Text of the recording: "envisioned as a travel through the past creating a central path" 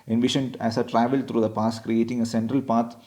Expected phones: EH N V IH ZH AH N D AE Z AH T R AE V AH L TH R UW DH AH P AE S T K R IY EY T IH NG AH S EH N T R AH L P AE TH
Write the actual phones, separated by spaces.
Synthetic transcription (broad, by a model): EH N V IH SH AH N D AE S AH T R AE V AH L T R UW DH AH P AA S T K R IY EY T IH NG AH S EH N T R AH L P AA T